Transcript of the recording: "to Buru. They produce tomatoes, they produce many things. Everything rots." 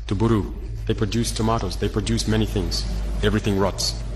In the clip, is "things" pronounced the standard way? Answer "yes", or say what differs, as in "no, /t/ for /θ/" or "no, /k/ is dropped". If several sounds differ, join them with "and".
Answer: yes